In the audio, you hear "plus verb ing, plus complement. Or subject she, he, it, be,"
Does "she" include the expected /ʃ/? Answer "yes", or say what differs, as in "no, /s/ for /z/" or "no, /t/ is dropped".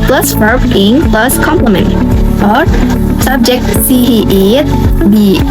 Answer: no, /s/ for /ʃ/